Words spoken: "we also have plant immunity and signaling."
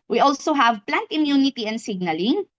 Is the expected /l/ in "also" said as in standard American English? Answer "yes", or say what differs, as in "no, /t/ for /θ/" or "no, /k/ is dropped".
yes